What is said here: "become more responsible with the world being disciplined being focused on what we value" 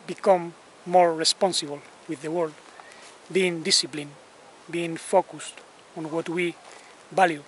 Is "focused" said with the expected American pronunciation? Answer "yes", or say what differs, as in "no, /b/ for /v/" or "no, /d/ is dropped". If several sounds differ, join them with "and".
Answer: yes